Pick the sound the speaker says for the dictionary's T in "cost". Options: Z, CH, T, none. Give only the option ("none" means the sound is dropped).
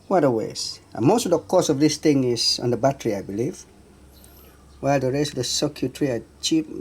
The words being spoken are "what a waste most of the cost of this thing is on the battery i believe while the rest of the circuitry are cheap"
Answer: none